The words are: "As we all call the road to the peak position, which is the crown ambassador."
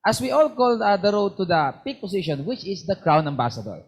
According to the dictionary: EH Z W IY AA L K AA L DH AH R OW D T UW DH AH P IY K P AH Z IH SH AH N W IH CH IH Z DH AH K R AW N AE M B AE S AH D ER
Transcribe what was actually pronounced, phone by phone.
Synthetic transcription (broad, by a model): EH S W IY AA L K AA L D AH R OW D T UW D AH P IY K P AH S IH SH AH N W IH CH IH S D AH K R AW N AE M B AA S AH D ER